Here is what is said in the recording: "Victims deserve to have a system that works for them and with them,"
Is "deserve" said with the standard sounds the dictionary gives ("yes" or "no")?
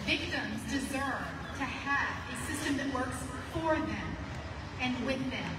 yes